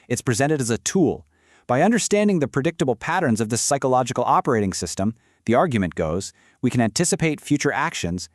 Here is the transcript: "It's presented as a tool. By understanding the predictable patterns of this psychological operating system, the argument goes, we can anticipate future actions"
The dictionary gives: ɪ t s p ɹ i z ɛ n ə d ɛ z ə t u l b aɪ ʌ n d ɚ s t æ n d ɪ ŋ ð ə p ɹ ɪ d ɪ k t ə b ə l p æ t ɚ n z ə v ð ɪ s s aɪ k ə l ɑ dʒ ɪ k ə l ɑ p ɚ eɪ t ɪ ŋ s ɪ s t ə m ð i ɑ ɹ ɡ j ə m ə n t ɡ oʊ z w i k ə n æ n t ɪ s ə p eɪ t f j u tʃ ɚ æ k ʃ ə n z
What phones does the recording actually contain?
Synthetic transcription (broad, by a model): ɪ t s p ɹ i z ɛ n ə d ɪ z ə t u l b aɪ ʌ n d ɚ s t æ n d ɪ ŋ ð ə p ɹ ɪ d ɪ k t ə b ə l p æ t ɚ n z ə v ð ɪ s s aɪ k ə l ɑ dʒ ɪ k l ɑ p ɚ eɪ t ɪ ŋ s ɪ s t ə m ð i ɑ ɹ ɡ j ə m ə n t ɡ oʊ z w i k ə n æ n t ɪ s ə p eɪ t f j u tʃ ɚ æ k ʃ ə n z